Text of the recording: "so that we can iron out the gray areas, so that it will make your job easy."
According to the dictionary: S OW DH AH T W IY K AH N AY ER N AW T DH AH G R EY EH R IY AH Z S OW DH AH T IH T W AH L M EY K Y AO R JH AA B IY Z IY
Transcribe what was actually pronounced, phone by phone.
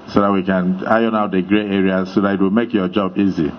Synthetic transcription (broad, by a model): S OW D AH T W IY K AH N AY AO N AW T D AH G R EY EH R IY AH S OW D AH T IH T W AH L M EY K Y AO JH AA B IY Z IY